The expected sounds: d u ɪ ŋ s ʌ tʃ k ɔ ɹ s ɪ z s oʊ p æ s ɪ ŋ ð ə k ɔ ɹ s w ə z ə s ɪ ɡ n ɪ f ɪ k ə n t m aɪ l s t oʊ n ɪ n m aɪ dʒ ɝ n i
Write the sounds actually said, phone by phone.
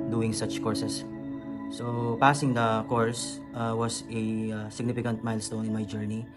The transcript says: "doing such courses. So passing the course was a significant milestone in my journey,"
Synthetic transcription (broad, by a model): d u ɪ ŋ s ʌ tʃ k ɔ ɹ s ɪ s s oʊ p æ s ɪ ŋ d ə k ɔ ɹ s w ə s ə s ɪ ɡ n ɪ f ɪ k ə n t m aɪ l s t oʊ n ɪ n m aɪ dʒ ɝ n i